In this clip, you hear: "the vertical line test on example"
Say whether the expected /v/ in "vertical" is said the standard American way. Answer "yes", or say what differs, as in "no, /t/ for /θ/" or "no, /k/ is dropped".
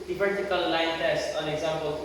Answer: no, /p/ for /v/